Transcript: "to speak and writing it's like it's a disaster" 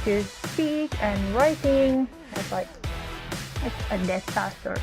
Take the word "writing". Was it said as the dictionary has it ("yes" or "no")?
yes